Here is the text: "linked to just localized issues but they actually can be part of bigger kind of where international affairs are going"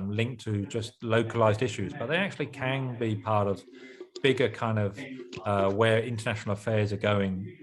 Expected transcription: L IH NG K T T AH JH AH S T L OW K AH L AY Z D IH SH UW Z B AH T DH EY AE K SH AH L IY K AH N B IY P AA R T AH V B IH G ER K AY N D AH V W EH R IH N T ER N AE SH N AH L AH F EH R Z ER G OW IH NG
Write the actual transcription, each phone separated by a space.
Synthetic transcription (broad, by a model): L IH NG K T T AH JH AH S T L OW K AH L AY Z D IH SH UW Z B AH T DH EY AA K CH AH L IY K AH N B IY P AA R T AH V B IH G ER K AY N D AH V W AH R IH N T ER N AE SH N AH L AH F EH Z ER G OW IH NG